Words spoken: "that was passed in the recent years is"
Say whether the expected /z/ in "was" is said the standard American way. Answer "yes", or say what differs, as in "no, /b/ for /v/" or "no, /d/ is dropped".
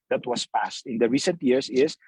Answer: no, /s/ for /z/